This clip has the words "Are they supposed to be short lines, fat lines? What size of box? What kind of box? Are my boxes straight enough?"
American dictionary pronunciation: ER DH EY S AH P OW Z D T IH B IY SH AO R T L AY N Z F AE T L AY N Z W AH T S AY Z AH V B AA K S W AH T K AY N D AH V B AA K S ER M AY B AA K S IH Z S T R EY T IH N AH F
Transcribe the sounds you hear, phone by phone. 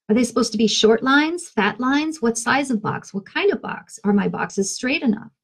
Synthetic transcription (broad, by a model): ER DH EY S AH P OW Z T IH B IY SH AO R T L AY N Z F AE T L AY N Z W AH T S AY Z AH V B AA K S W AH T K AY N D AH V B AA K S ER M AY B AA K S IH Z S T R EY T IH N AH F